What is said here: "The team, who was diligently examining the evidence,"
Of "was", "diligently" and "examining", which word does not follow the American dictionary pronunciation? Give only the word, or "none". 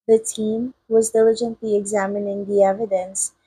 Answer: none